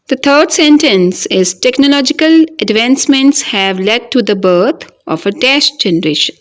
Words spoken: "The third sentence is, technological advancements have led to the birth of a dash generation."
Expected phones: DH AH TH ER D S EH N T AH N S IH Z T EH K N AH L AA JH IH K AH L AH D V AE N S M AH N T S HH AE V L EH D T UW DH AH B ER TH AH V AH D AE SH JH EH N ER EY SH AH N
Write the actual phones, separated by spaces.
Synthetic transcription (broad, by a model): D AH T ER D S EH N T AH N S IH Z T EH K N AH L AA JH IH K AH L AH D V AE N S M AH N T S HH AE V L EH D T UW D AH B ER T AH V AH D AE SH JH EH N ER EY SH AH N